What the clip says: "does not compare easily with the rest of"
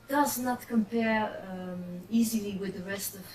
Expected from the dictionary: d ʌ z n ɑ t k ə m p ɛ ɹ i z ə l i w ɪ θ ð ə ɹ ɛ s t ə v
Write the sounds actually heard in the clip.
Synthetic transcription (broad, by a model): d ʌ z n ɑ t k ə m p ɛ ɹ i z ə l i w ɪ ð ə ɹ ɛ s t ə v